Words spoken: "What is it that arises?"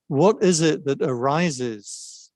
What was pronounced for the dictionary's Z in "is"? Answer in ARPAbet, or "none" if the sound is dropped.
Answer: Z